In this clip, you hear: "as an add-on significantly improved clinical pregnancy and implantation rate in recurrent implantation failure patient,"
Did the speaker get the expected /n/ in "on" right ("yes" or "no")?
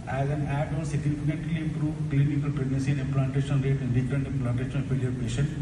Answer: no